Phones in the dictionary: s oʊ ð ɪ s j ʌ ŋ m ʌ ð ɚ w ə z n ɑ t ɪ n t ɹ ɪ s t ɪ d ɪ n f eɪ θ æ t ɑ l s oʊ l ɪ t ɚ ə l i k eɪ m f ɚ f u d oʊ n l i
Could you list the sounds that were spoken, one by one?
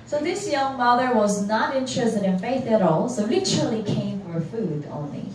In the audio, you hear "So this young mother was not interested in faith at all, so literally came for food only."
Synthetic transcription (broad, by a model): s oʊ ð ɪ s j ʌ ŋ m ʌ ð ɚ w ə z n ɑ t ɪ n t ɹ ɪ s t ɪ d ɪ n f eɪ θ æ t ɑ l s oʊ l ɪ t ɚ l i k eɪ m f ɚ f u d oʊ n l i